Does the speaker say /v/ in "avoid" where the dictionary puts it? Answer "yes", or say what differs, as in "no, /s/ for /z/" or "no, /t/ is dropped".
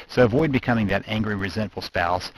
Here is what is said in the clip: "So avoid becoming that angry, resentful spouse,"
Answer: yes